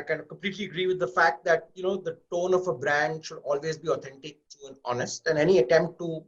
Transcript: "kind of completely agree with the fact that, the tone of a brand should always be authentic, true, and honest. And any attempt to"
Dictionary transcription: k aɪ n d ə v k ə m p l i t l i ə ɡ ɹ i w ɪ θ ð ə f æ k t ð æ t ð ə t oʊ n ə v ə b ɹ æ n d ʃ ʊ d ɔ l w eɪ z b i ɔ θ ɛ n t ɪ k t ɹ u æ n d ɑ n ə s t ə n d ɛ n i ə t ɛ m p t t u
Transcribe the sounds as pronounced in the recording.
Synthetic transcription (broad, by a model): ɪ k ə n k ə m p l i t l i ə ɡ ɹ i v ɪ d ə f æ k t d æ t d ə t oʊ n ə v ə b ɹ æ n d ʃ ʊ d ɔ l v eɪ z b i ɔ t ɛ n t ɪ k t u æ n ɑ n ə s t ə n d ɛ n i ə t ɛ m p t t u